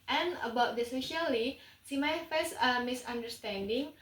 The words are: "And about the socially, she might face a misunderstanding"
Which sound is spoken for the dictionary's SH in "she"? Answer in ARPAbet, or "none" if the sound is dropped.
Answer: S